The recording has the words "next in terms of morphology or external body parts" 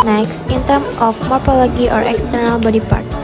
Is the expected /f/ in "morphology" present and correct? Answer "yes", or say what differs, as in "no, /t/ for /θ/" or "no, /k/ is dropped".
no, /p/ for /f/